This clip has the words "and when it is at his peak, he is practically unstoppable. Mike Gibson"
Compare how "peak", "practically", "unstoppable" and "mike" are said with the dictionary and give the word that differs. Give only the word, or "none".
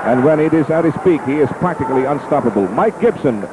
none